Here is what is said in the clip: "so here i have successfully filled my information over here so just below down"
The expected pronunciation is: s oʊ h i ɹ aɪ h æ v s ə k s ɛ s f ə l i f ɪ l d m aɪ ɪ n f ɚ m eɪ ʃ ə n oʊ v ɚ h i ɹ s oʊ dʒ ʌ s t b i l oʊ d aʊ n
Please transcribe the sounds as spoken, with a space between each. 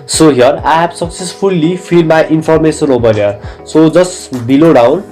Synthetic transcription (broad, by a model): s oʊ h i ɹ aɪ h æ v s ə k s ɛ s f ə l i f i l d m aɪ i n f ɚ m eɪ s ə n oʊ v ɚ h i ɹ s oʊ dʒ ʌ s b i l oʊ d aʊ n